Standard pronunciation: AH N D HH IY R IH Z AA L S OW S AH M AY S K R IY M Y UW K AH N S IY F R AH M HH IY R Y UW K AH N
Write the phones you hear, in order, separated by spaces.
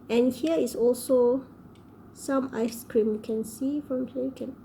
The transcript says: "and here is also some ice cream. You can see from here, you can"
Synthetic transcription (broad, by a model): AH N HH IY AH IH S AA L S OW S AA M AY S K R IY M Y UW K AH N S IY F R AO M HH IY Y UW K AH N